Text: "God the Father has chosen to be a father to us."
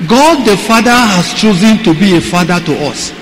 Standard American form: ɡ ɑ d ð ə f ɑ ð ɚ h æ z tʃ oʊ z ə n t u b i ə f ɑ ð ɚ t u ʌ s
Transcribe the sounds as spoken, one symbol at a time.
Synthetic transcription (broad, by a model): ɡ ɑ d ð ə f ɑ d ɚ h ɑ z tʃ oʊ z ə n t u b i ə f ɑ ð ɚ t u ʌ s